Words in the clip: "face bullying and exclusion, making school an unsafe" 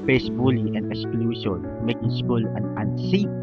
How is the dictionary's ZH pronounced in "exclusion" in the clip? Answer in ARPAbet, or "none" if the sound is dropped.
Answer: S